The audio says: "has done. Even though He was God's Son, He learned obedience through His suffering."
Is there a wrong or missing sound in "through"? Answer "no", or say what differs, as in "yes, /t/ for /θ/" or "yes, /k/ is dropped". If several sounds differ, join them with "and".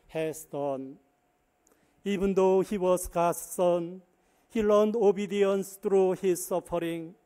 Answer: yes, /t/ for /θ/